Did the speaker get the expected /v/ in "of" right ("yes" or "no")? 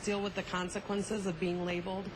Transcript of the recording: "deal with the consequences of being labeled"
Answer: yes